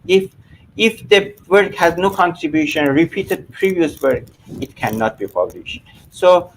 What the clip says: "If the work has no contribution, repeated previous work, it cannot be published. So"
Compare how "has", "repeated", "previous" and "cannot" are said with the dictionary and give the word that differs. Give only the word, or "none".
none